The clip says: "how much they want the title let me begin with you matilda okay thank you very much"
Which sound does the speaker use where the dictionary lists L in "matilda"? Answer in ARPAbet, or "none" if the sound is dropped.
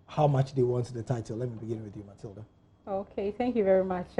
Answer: L